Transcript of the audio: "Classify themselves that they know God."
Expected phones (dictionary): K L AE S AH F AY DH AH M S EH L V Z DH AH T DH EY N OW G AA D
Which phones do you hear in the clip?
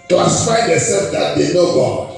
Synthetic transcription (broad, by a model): K L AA S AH F AY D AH S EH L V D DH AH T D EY N OW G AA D